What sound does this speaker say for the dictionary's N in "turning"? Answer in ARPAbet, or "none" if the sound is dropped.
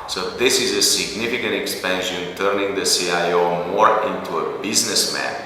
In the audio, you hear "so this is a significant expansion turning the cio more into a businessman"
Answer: N